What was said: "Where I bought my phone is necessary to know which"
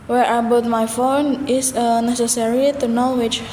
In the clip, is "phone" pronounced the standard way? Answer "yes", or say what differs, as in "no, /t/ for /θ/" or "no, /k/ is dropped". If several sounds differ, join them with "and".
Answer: yes